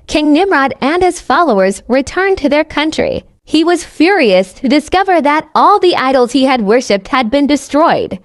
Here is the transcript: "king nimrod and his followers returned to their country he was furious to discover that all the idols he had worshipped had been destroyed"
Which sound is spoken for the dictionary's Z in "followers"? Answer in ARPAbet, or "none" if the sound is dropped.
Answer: Z